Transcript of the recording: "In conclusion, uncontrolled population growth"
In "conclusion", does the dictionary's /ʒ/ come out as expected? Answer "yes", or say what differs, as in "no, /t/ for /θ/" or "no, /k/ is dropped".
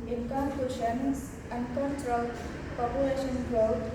no, /ʃ/ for /ʒ/